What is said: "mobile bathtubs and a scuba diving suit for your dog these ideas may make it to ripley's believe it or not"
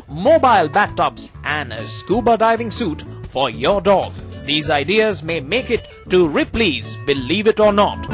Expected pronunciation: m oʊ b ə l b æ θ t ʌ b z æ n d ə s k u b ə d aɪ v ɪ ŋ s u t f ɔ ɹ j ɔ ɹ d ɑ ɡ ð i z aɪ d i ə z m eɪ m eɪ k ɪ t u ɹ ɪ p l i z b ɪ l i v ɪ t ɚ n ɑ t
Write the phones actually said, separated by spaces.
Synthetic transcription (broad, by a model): m oʊ b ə l b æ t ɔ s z æ n d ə s k u b ə d aɪ v ɪ ŋ s u t f ɔ ɹ j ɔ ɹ d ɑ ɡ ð i z aɪ d i ə z m eɪ m eɪ k ɪ t u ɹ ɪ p l i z b ɪ l i v ɪ t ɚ n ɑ t